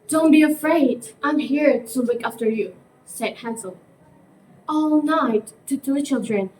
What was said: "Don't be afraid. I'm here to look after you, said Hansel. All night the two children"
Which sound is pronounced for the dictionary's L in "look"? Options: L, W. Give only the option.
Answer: W